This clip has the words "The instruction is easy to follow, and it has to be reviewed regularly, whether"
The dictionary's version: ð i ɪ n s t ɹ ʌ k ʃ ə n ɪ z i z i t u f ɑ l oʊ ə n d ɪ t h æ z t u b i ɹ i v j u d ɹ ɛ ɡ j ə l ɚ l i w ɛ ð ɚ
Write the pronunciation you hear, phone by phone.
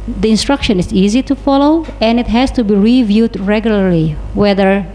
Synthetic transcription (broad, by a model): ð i ɪ n s t ɹ ʌ k ʃ ə n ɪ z i z i t u f ɑ l oʊ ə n ɪ t h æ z t u b i ɹ i v j u d ɹ ɛ ɡ j ə l ɚ l i w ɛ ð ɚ